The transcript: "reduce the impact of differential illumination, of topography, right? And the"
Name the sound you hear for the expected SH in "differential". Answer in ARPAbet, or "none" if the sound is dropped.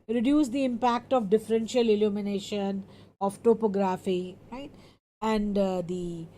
SH